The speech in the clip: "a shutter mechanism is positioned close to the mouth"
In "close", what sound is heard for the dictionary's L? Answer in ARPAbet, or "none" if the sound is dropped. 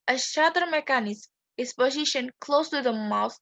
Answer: L